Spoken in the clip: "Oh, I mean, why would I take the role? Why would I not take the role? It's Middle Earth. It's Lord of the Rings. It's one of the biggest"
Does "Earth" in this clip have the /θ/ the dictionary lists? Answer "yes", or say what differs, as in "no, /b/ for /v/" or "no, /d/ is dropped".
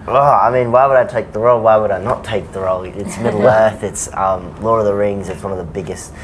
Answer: yes